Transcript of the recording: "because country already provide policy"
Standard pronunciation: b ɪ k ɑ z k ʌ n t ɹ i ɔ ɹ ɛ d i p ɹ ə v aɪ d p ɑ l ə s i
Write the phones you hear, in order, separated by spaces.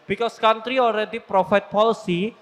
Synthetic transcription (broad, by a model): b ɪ k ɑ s k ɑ n t ɹ i ɔ ɹ ɛ d i p ɹ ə f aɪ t p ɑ l s i